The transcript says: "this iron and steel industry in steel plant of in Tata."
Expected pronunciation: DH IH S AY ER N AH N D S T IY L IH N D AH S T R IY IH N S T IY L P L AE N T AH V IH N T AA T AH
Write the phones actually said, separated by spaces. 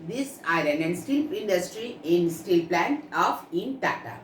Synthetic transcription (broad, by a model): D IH S AY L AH N D S T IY L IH N D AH S T R IY IH N S T IY L P L AE N T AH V IH N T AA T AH